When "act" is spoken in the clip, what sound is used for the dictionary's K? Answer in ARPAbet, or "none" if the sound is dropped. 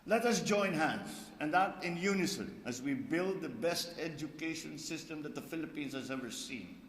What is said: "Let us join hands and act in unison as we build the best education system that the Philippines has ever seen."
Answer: none